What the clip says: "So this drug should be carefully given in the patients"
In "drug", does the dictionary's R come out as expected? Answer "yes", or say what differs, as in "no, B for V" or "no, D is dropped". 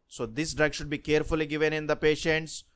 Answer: yes